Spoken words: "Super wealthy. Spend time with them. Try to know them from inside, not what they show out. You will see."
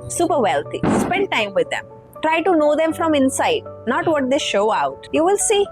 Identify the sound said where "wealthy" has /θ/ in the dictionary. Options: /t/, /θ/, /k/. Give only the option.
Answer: /t/